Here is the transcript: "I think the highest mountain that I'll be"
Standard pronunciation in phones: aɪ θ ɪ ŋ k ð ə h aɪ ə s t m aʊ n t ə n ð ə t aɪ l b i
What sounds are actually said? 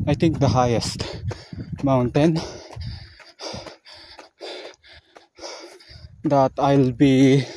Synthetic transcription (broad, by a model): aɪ t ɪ ŋ k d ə h aɪ ə s t m aʊ n t ə n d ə t aɪ l b i